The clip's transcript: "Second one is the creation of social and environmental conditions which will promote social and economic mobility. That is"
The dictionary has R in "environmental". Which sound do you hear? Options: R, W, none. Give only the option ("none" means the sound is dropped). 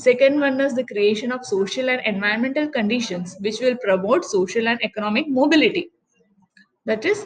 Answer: none